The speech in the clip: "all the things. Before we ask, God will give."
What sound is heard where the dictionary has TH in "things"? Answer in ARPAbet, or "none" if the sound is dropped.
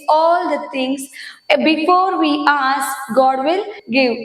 T